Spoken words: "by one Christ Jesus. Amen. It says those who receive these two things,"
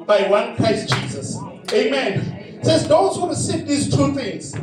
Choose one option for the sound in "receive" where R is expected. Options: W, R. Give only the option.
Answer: W